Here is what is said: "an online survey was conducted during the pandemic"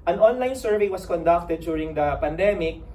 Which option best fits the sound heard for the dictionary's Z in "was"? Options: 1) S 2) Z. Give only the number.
1